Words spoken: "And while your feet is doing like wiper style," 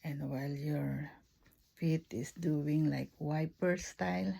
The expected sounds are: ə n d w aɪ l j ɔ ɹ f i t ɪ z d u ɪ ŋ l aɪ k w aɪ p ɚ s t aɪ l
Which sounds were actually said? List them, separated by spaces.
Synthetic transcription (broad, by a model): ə n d w aɪ l j ɔ ɹ f i t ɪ s d u ɪ ŋ l aɪ k w aɪ p ɚ s t aɪ l